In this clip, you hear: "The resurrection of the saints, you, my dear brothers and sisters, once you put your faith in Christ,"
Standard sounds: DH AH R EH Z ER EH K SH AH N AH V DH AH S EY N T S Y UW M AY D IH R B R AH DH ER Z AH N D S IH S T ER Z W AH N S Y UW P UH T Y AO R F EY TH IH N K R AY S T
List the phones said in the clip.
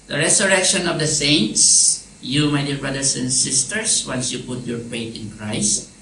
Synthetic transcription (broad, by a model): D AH R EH S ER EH K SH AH N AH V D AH S EY N T S Y UW M AY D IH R B R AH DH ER S AH N D S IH S T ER S W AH N S Y UW P UH T Y AO R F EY T IH N K R AY S T